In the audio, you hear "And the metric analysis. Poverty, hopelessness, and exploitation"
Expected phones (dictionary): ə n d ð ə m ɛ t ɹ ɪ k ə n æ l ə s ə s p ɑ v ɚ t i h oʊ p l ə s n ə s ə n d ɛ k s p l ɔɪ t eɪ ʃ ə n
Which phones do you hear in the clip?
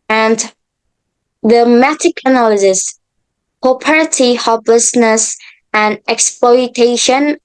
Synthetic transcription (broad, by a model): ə n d ð ə m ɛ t ɪ k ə n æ l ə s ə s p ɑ p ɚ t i h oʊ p l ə s n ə s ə n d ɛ k s p l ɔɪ t eɪ ʃ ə n